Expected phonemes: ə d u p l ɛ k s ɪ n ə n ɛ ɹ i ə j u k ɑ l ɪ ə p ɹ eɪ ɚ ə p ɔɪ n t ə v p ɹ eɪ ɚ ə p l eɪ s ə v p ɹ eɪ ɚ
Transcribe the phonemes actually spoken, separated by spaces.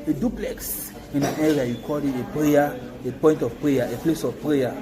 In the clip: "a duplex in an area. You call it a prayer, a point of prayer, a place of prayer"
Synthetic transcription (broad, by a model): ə d u p l ɛ k s ɪ n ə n ɛ ɹ i ə j u k ɑ l ɪ ə p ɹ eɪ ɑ ə p ɔɪ n t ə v p ɹ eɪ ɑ ə p l eɪ s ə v p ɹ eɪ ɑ